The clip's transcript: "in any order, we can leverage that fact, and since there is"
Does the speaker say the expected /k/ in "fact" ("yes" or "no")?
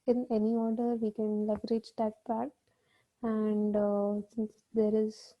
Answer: no